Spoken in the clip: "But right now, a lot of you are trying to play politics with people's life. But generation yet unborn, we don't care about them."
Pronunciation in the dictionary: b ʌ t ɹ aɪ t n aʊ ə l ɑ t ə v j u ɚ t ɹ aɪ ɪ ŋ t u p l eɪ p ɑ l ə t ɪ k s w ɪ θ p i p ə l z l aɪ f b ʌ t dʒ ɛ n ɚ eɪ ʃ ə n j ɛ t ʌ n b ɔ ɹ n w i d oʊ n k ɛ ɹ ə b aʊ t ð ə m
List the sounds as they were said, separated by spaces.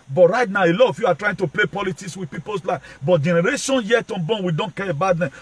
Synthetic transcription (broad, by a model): b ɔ t ɹ aɪ t n aʊ ə l ɑ t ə f j u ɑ t ɹ aɪ ɪ ŋ t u p l eɪ p ɑ l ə t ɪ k s w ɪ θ p i p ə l s l aɪ b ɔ t dʒ ɛ n ɚ eɪ ʃ ə n j ɛ t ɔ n b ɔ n w i d oʊ n k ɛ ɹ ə b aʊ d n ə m